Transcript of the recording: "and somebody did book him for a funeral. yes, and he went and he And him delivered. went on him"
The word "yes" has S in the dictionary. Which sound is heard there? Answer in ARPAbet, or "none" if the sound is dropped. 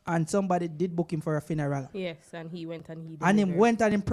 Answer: S